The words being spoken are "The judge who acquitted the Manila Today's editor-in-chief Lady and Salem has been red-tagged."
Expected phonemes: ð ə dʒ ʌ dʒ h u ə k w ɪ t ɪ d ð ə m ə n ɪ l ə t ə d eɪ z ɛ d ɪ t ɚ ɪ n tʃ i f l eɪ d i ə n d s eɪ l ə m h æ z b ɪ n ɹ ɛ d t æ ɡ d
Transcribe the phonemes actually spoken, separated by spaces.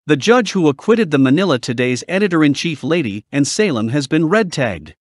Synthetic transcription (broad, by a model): ð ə dʒ ʌ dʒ h u ə k w ɪ t ɪ d ð ə m ə n ɪ l ə t ə d eɪ z ɛ d ɪ t ɚ ɪ n tʃ i f l eɪ d i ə n s eɪ l ə m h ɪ z b ɪ n ɹ ɛ d t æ ɡ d